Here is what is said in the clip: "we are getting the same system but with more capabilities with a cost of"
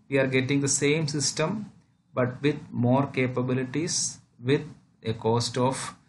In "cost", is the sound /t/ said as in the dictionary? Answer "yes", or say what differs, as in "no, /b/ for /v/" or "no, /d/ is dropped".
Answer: yes